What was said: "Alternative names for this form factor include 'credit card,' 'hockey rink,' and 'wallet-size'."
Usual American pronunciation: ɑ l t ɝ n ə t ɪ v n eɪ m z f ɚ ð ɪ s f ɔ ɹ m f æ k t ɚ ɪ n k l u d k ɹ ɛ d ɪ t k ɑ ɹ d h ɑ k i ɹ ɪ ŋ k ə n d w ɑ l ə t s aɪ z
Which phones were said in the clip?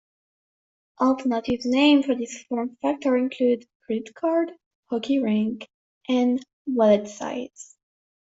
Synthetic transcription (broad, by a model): ɑ l t ɝ n ə t ɪ v n eɪ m f ɚ ð ɪ s f ɔ ɹ m f æ k t ɚ ɪ n k l u d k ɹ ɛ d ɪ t k ɑ ɹ d h ɑ k i ɹ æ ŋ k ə n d w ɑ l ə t s aɪ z